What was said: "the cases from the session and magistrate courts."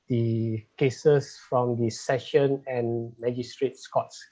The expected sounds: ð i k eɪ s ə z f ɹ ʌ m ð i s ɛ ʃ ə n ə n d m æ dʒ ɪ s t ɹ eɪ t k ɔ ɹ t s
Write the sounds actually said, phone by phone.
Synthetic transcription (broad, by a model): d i k eɪ s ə s f ɹ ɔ m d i s ɛ ʃ ə n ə n m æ dʒ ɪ s t ɹ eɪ t k ɔ t s